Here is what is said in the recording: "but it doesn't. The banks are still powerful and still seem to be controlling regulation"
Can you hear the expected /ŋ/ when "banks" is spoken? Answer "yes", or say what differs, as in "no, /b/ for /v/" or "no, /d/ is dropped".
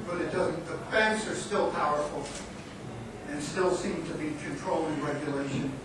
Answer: no, /ŋ/ is dropped